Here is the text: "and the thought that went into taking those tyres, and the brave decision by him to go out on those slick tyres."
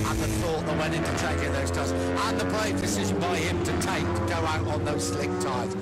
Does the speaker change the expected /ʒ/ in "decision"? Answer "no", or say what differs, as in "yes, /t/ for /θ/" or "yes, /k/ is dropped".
no